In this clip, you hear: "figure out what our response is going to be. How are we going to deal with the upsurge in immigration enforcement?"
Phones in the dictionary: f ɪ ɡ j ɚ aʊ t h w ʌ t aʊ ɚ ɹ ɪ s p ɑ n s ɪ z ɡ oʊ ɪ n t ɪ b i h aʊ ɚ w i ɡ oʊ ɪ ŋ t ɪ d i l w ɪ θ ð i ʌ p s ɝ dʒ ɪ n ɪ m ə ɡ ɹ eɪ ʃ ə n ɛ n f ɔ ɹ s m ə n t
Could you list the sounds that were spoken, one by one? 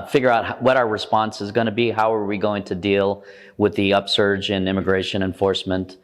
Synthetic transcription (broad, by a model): f ɪ ɡ j ɚ aʊ t h w ʌ t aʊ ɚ ɹ ɪ s p ɑ n s ɪ z ɡ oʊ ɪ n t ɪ b i h aʊ ɚ w i ɡ oʊ ɪ ŋ t ɪ d i l w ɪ ð i ʌ p s ɝ dʒ ɪ n ɪ m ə ɡ ɹ eɪ ʃ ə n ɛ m f ɔ ɹ s m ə n t